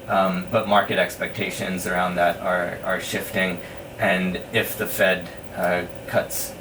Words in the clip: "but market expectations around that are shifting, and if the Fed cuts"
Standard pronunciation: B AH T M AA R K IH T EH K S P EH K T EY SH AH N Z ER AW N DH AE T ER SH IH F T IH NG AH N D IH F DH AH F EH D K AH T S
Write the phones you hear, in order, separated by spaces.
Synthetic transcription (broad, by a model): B AH T M AA R K IH T EH K S P EH K T EY SH AH N Z ER AW N DH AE T ER SH IH F T IH NG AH N IH F DH AH F EH D K AH T S